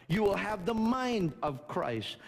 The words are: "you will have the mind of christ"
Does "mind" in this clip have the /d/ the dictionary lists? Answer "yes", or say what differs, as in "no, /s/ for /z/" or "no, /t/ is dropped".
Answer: yes